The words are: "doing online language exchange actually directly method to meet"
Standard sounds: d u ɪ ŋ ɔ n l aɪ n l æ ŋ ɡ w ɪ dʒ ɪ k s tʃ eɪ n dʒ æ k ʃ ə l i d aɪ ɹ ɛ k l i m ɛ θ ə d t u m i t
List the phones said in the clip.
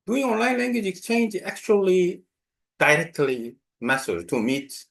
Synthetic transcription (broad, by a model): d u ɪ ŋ ɔ n l aɪ n l æ ŋ ɡ w ɪ dʒ ɪ k s tʃ eɪ n dʒ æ k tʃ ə l i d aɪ ɹ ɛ k l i m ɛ s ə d t u m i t